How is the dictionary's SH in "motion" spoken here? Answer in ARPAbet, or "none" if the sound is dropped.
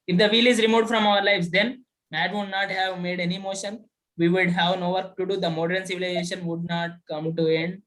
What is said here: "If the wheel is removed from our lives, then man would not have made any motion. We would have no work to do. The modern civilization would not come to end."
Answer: SH